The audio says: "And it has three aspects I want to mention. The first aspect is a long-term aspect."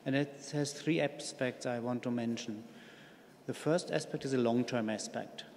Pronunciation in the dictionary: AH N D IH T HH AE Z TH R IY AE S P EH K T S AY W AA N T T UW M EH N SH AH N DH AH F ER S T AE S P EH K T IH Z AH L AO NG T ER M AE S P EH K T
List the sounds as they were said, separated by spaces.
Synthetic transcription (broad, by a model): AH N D IH T HH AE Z TH R IY AE S P EH K T S AY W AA N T T UW M EH N SH AH N DH AH F ER S T AE S P EH K T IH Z AH L AO NG T ER M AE S P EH K T